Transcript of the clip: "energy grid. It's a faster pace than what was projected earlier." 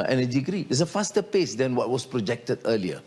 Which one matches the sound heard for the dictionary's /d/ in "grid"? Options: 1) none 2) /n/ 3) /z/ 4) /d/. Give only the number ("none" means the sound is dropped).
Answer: 1